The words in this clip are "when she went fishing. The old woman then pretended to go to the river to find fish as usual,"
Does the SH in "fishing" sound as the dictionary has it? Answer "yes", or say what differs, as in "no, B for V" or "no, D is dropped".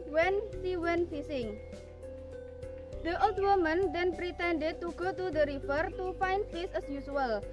no, S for SH